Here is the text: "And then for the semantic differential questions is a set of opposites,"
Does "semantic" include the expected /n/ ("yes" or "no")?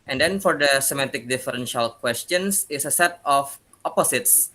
no